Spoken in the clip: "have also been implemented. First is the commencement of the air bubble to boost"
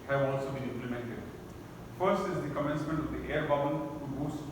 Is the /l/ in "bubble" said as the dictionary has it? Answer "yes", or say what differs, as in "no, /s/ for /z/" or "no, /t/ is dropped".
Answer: no, /n/ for /l/